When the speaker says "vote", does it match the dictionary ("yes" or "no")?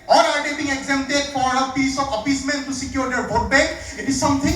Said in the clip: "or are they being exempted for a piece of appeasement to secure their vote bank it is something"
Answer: no